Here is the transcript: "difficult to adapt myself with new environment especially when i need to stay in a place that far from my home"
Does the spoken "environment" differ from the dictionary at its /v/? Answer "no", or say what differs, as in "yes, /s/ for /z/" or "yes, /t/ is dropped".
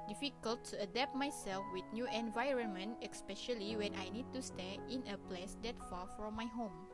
no